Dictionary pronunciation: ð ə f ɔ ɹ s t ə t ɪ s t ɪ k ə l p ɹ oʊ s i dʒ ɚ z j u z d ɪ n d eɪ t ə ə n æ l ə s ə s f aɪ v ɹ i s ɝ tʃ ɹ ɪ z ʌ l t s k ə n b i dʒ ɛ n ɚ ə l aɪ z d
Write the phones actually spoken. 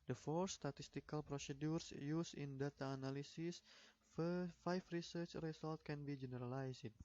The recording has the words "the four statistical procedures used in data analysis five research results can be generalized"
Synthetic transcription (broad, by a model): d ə f ɔ ɹ s t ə t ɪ s t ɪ k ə l p ɹ oʊ s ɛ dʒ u s j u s ɪ n d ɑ t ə n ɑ l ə s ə s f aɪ f ɹ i s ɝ tʃ ɹ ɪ s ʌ l t k ə n b i dʒ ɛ n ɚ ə l aɪ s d